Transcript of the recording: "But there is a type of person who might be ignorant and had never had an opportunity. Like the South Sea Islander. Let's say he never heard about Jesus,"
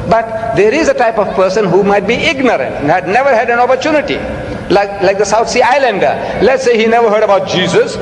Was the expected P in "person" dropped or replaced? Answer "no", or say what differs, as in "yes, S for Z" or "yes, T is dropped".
no